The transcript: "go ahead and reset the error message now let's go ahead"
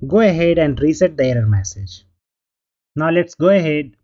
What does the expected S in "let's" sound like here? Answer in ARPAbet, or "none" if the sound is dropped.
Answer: S